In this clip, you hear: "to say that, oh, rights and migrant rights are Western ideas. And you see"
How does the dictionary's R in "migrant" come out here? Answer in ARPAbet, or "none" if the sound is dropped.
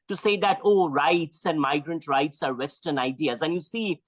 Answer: R